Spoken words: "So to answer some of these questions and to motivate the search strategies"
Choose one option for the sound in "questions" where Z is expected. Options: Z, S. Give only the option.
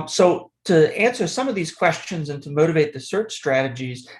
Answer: Z